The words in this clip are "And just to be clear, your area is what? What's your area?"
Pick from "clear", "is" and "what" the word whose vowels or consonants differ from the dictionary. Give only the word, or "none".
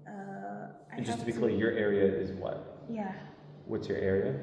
none